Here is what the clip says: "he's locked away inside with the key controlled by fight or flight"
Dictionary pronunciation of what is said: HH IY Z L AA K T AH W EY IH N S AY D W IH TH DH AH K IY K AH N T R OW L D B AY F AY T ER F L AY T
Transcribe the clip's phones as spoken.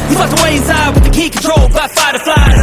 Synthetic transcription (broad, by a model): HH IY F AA T AH W EY IH N S AY D W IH DH AH K IY K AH N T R OW L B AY F AY T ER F L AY